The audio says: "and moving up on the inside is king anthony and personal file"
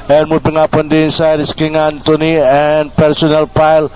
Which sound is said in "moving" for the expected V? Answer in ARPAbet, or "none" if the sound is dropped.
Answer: B